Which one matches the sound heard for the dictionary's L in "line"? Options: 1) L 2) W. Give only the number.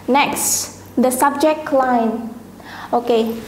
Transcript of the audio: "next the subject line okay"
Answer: 1